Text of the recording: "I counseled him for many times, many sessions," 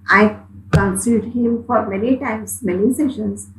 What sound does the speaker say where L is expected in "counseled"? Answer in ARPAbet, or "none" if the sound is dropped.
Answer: none